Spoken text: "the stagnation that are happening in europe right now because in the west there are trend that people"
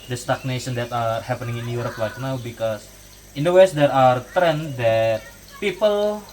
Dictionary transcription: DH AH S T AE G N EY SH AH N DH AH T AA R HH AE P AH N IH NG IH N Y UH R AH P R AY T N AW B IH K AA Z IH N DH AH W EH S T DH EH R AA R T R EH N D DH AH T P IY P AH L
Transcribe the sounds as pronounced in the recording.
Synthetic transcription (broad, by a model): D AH S T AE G N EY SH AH N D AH T AA R HH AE P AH N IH NG IH N Y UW R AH P L AY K N AW B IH K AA S IH N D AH W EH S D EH R AA R T R EH N D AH T P IY P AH L